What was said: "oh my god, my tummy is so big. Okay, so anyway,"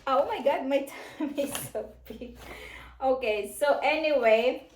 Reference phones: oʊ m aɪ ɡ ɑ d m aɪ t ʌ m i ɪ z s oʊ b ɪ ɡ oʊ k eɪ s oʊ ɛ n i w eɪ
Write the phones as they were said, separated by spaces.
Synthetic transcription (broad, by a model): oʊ m aɪ ɡ ɑ d m aɪ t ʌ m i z s oʊ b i oʊ k eɪ s oʊ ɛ n i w eɪ